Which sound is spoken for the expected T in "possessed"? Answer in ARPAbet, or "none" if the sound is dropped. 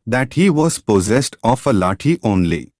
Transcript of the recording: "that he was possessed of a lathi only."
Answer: T